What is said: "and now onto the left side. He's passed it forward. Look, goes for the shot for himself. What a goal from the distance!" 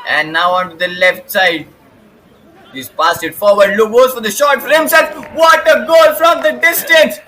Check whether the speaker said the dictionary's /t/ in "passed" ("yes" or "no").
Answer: no